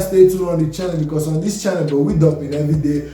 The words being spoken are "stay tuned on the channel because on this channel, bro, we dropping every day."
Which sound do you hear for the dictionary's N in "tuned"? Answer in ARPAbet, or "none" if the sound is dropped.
none